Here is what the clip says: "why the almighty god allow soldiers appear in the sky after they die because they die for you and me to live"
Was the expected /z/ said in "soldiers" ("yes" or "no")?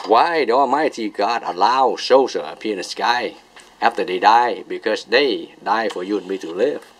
no